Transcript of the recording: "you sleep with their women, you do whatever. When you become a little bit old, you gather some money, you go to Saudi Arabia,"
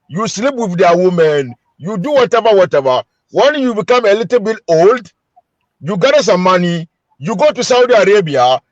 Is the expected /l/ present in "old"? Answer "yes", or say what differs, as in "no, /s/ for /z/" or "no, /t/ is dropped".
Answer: yes